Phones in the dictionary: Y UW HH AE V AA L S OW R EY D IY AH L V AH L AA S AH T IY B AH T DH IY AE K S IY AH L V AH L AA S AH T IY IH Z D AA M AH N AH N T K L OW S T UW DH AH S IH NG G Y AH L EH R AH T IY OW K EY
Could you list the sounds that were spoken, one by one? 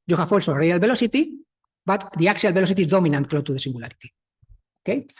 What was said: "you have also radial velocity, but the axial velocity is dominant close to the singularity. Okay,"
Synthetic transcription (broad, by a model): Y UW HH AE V AA L S OW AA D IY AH L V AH L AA S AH T IY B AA T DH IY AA K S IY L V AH L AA S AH T IY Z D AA M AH N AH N T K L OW T UW DH AH S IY NG G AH L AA R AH T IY OW K EY